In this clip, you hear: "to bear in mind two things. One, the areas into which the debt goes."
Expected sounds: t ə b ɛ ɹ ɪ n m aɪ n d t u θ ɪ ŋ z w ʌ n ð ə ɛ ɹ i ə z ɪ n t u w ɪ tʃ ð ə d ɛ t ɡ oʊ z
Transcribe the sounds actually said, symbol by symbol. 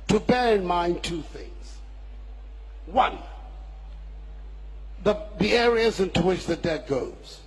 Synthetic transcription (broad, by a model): t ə b ɛ ɹ ɪ n m aɪ n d t u θ ɪ ŋ z w ʌ n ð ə ɛ ɹ i ə z ɪ n t u w ɪ tʃ ð ə d ɛ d ɡ oʊ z